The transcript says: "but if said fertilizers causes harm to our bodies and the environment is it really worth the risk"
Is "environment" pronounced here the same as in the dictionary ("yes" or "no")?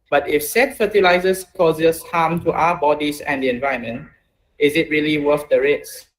no